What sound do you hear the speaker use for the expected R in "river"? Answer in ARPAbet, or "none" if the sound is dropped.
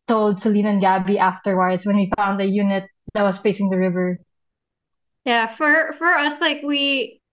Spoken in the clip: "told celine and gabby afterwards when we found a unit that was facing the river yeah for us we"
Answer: R